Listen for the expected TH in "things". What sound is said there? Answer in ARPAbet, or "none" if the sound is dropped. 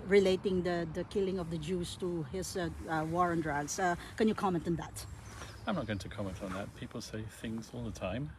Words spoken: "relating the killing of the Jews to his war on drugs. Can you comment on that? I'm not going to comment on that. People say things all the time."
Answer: TH